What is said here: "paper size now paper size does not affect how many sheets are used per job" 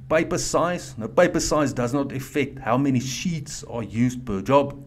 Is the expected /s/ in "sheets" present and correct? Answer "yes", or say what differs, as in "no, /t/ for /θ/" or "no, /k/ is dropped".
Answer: yes